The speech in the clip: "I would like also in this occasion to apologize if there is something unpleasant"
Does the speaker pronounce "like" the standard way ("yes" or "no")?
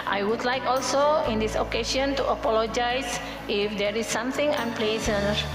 yes